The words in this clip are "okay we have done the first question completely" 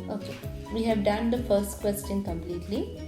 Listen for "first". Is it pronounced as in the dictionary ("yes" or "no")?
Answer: yes